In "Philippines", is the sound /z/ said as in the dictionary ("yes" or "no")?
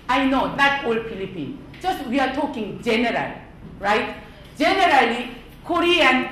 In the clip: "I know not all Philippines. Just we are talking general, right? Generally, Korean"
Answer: no